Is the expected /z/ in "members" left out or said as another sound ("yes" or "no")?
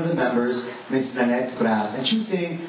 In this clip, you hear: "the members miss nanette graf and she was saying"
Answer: no